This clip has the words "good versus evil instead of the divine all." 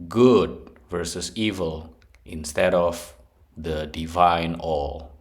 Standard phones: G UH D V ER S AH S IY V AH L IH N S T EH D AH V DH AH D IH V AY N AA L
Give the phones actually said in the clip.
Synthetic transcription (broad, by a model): G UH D V ER S AH S IY V AH L IH N S T EH D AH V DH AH D IH V AY N AA L